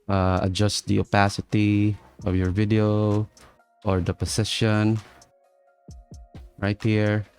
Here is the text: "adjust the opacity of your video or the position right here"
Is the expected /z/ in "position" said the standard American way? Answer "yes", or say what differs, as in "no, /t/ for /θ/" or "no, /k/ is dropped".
no, /s/ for /z/